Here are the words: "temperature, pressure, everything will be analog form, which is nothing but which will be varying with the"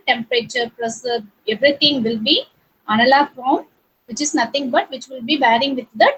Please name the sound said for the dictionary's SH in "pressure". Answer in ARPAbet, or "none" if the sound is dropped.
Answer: S